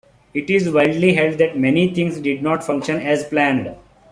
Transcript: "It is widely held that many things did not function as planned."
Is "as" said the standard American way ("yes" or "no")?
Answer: yes